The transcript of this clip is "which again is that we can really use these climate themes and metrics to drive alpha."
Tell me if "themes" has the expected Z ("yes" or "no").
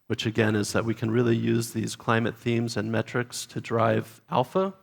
yes